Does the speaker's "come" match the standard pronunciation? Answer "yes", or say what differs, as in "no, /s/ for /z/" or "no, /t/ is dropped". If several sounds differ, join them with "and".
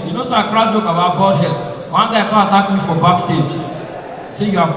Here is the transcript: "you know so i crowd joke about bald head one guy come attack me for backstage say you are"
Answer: no, /m/ is dropped